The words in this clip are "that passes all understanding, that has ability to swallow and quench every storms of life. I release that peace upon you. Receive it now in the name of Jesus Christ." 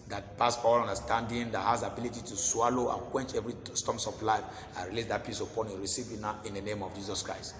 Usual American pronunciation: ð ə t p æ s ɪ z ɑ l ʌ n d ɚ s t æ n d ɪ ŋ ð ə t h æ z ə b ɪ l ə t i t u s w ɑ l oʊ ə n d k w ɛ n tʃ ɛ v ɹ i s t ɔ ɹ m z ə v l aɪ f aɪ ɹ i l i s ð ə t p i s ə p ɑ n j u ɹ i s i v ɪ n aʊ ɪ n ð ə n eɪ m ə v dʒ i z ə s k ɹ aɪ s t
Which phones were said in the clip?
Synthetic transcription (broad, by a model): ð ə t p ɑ s ɑ l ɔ n d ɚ s t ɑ n d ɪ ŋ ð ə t h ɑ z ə b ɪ l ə t i t u s w ɑ l oʊ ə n k w ɛ n tʃ ɛ v ɹ i s t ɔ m s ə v l aɪ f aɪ ɹ i l i s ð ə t p i s ə p ɑ n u ɹ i s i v ɪ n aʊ ɪ n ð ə n eɪ m ə v dʒ i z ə s k ɹ aɪ s t